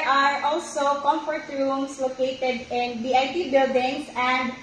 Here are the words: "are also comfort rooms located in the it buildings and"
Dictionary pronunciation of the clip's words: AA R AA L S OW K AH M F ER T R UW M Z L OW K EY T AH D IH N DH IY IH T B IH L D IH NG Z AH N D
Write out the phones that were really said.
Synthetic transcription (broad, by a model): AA R AA L S OW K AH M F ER T R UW M S L OW K EY T AH D IH N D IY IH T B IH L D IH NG S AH N D